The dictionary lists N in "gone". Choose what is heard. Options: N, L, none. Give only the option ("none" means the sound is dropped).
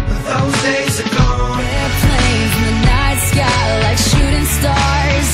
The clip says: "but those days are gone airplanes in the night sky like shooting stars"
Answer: none